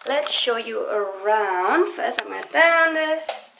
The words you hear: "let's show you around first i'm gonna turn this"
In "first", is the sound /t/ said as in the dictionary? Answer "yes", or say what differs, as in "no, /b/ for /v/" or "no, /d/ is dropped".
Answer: no, /t/ is dropped